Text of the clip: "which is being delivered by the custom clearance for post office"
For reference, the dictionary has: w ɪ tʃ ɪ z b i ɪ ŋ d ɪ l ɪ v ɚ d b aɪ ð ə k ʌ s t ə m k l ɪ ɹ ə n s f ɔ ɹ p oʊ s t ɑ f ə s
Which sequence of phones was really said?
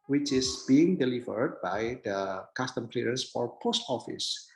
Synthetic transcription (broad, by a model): w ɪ tʃ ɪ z b i ɪ ŋ d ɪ l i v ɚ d b aɪ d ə k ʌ s t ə m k l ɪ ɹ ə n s f ɔ ɹ p oʊ s t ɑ f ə s